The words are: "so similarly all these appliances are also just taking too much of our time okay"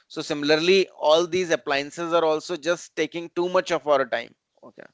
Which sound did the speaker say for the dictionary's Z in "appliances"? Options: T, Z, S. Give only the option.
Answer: Z